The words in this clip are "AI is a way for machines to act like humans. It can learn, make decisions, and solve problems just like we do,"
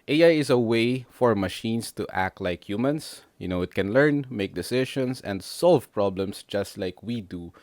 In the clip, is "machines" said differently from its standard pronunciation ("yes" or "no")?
yes